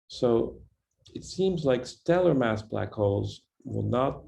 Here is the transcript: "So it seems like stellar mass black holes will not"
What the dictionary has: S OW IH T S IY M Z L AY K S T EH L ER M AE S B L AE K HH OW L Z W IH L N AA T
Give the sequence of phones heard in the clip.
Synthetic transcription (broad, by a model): S OW IH T S IY M Z L AY K S T EH L ER M AE S B L AE K HH OW L Z W IH L N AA T